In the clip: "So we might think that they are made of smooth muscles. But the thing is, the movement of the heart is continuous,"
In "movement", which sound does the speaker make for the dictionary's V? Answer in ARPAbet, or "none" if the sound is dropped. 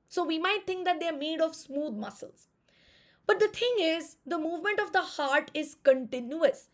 V